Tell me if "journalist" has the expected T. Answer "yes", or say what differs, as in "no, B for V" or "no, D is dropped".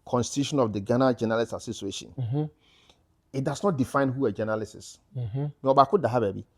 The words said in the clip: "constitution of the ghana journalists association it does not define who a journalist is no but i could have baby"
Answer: no, T is dropped